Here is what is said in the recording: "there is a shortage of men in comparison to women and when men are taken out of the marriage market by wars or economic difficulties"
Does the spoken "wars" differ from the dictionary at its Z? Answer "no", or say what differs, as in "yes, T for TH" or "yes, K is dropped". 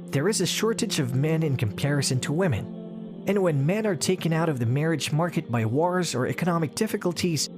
no